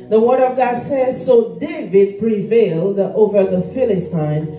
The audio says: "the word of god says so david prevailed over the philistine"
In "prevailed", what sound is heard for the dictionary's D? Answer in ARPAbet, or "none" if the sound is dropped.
D